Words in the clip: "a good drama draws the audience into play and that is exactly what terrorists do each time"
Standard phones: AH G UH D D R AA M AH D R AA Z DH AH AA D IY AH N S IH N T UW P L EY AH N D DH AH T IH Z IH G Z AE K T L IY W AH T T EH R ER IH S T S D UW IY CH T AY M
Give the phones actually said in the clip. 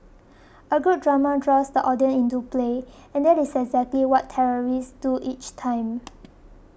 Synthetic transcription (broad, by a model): AH G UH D D R AA M AH D R AA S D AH AA D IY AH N IH N T UW P L EY AH N D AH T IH S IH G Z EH K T L IY W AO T T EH R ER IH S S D UW IY CH T AY M